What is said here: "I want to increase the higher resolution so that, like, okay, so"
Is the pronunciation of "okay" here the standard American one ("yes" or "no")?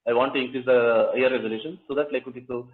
no